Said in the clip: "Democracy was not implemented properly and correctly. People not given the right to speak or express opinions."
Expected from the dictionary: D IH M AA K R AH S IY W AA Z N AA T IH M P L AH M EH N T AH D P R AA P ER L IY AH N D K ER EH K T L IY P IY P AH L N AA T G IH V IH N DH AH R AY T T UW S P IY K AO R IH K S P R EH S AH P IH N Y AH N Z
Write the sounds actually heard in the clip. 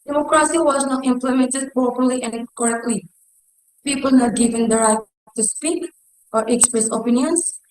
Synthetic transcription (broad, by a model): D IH M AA K R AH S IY W AA Z N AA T IH M P L AH M EH N T AH D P AA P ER L IY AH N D K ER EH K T L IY P IY P AH L N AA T G IH V IH N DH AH R AY T T UW S P IY K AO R IH K S P R EH S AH P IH N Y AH N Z